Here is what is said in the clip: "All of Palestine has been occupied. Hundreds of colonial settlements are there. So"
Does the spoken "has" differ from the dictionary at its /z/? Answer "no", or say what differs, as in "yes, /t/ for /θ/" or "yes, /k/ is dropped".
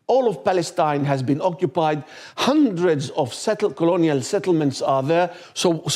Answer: no